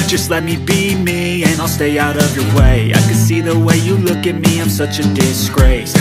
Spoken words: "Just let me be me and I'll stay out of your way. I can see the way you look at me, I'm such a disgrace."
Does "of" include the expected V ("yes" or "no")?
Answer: yes